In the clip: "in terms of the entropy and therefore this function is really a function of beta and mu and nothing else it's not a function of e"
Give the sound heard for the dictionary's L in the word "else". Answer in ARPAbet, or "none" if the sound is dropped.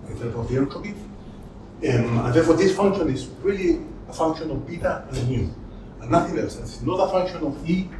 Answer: none